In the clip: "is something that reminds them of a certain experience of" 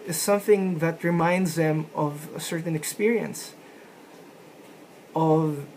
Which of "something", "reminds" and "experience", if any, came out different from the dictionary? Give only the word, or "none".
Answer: none